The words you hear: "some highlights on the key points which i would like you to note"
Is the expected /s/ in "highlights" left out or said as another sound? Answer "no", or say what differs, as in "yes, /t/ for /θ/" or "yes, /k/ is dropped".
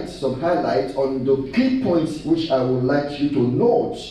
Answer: yes, /s/ is dropped